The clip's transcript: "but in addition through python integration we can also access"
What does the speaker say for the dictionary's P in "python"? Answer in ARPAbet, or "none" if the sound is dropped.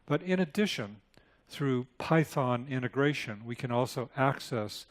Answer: P